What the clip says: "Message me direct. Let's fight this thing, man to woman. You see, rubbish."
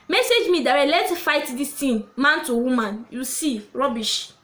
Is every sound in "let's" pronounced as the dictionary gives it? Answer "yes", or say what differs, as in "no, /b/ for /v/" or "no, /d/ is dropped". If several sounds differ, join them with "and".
no, /s/ is dropped